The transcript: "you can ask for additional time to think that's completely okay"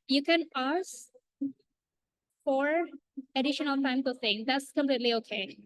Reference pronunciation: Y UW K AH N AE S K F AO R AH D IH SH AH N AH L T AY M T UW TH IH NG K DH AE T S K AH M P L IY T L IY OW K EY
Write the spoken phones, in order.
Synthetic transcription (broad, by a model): Y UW K AH N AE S F AO R AH D IH SH AH N AH L T AY M T UW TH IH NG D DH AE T S K AH M P L IY T L IY OW K EY